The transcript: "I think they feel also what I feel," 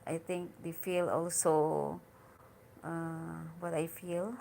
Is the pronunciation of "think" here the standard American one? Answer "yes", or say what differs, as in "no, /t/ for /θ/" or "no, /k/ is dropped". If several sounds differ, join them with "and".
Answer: no, /t/ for /θ/